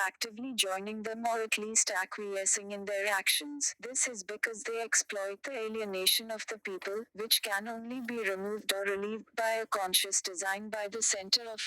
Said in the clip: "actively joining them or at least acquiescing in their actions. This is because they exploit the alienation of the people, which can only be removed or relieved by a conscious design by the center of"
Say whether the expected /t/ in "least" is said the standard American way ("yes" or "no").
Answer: yes